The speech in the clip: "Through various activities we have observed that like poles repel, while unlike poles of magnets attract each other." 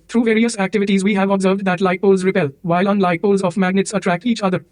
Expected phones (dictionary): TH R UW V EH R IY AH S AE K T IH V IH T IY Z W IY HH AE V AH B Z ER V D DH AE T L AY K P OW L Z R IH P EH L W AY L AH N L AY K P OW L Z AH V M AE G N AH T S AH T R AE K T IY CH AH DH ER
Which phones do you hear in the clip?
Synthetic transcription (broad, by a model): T R UW V EH R IY AH S AE K T IH V IH T IY Z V IY HH AE V AH B Z ER V D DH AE T L AY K P OW L Z R IH P EH L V AY L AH N L AY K P OW L Z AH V M AE G N AH T S AH T R AE K T IY CH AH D ER